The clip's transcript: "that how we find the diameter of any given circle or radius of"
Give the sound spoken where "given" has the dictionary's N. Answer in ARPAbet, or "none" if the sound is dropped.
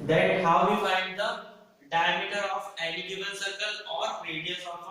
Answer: L